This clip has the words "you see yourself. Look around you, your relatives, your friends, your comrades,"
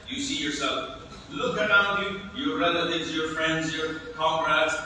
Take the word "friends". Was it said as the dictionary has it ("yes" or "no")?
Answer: yes